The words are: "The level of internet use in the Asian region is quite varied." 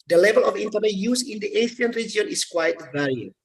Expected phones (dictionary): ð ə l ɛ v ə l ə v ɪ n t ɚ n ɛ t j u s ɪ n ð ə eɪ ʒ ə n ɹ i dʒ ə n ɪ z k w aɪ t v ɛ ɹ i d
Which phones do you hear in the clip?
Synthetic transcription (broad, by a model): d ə l ɛ v ə l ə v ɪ n t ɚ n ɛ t j u s ɪ n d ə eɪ s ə n ɹ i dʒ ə n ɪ s k w aɪ t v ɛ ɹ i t